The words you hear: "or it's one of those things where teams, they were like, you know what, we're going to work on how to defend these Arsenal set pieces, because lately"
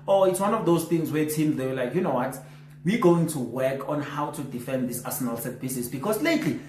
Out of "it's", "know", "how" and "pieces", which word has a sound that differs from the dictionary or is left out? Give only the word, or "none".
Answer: pieces